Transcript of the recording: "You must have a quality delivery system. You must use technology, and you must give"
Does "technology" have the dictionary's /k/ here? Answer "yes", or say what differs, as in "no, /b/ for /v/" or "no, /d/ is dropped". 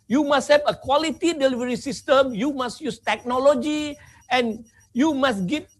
yes